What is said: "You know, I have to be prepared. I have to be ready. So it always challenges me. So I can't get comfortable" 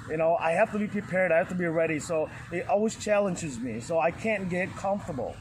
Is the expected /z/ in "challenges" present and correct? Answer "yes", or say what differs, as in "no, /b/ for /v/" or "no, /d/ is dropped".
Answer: yes